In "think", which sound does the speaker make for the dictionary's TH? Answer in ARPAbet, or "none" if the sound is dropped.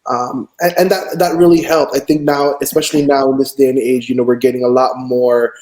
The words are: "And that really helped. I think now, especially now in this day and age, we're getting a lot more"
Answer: TH